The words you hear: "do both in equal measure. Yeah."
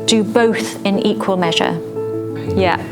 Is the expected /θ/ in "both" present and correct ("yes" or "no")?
yes